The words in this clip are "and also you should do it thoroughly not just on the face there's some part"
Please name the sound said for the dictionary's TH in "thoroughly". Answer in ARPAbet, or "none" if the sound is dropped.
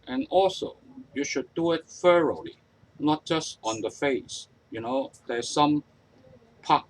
F